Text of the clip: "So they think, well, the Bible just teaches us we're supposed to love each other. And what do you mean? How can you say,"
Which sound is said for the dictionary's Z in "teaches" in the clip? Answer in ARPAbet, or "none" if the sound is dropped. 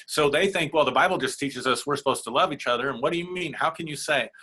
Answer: Z